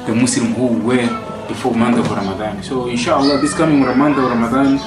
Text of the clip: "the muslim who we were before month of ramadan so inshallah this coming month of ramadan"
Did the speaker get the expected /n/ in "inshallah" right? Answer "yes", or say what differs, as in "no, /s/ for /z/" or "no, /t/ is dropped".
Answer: yes